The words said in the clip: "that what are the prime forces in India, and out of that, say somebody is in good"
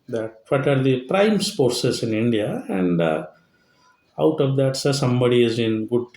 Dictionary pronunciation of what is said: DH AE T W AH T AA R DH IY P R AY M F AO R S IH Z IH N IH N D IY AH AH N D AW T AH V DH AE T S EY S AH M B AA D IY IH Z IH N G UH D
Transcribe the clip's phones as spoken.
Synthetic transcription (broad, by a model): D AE T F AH T AA R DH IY P R AY M P AO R S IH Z IH N IH N D IY AH AH N D AW T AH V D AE T S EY S AH M B AA D IY IH Z IH N G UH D